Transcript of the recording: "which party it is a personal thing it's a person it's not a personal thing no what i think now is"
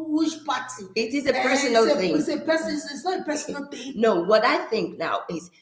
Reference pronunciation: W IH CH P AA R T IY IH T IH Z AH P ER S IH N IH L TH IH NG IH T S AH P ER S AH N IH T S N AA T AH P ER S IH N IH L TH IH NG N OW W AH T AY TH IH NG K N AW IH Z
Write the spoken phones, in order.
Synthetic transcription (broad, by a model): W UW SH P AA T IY IH T IH Z AH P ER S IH N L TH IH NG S AH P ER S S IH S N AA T AH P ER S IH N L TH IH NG N OW W AH T AY TH IH NG K N AW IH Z